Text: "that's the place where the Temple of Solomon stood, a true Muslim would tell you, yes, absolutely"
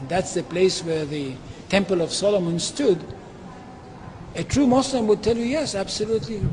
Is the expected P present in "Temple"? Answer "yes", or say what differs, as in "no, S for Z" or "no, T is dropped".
yes